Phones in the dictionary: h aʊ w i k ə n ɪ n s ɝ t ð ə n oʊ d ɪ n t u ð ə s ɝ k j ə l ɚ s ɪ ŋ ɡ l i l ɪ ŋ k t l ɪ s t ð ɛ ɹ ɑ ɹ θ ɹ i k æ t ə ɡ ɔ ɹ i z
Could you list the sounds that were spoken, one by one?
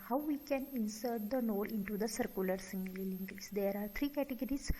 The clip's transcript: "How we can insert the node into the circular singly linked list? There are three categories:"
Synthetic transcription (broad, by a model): h aʊ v i k ə n ɪ n s ɝ t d ə n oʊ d ɪ n t u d ə s ɝ k j ə l ɚ s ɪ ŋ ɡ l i l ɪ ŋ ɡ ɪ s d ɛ ɹ ɑ ɹ t ɹ i k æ t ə ɡ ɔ ɹ i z